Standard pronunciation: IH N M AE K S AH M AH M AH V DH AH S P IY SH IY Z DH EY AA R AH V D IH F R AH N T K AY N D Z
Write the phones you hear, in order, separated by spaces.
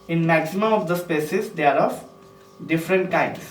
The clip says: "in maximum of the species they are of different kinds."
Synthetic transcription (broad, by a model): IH N M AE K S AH M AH M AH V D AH S P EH S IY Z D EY AA R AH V D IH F R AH N T K AY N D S